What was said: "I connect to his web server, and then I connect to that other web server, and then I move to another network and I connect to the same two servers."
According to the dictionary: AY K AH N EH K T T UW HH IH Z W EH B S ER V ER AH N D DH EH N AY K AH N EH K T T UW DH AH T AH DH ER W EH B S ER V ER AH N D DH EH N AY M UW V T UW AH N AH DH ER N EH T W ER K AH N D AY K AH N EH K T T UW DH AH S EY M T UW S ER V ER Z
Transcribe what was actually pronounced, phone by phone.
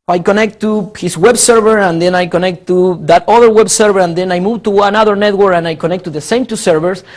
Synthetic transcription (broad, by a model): AY K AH N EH K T T UW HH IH S W EH B S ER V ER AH N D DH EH N AY K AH N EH K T T UW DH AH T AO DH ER W EH B S ER V ER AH N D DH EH N AY M UW V T UW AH N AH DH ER N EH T W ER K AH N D AY K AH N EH K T T UW DH AH S EY M T UW S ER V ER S